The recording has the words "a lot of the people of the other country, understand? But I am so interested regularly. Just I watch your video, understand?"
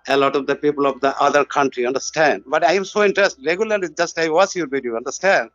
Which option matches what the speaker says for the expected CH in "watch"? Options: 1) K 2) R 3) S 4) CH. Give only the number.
3